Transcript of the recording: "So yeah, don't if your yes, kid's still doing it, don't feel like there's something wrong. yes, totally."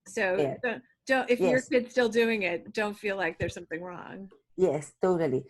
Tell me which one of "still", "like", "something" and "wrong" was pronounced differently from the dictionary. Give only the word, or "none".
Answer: none